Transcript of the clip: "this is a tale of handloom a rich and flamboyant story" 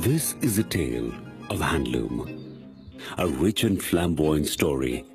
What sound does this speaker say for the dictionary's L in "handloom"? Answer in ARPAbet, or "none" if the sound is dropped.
L